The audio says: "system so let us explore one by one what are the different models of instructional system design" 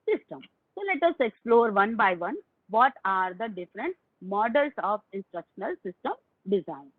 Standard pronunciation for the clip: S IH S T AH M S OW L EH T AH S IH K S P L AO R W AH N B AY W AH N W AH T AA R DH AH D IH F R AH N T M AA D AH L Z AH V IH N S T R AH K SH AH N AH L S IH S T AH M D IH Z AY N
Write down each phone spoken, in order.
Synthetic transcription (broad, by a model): S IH S T AH M S OW L EH T AH S IH K S P L AO R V AH N B AY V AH N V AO T AA R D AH D IH F R AH N T M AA D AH L S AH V IH N S T R AH K SH AH N AH L S IH S T AH M D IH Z AY N